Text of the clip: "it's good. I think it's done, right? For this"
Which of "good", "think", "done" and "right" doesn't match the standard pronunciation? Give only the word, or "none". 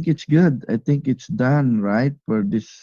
think